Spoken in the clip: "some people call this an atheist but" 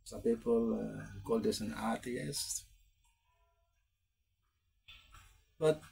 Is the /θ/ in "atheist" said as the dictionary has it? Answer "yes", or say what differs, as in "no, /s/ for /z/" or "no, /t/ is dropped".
no, /t/ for /θ/